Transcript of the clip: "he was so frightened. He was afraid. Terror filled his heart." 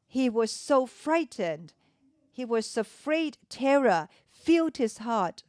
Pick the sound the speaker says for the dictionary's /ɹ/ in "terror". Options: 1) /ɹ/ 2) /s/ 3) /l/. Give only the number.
1